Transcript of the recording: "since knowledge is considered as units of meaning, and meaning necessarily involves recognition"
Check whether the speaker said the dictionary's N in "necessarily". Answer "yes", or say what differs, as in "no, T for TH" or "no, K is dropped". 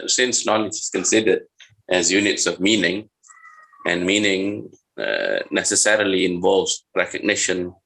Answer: yes